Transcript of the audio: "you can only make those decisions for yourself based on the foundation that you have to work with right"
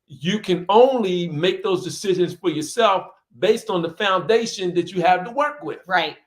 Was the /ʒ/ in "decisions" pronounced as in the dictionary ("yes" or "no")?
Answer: yes